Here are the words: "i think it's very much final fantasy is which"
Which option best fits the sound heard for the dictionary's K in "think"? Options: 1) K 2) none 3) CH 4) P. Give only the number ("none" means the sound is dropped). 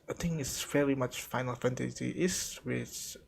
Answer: 2